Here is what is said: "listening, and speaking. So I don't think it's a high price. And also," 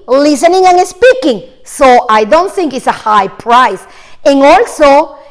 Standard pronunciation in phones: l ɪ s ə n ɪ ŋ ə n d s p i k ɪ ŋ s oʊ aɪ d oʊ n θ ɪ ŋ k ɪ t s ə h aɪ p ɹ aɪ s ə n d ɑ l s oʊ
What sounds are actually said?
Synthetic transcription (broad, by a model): l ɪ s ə n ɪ ŋ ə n s p i k ɪ ŋ s oʊ aɪ d oʊ n θ ɪ ŋ k ɪ t s ə h aɪ p ɹ aɪ s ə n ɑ l s oʊ